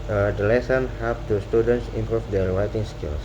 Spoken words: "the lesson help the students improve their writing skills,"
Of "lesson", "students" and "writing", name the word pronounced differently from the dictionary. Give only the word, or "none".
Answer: writing